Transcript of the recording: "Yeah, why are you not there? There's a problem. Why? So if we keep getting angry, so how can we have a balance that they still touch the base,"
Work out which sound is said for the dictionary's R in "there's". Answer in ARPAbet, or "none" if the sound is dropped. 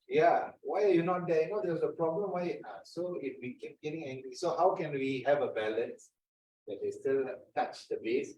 W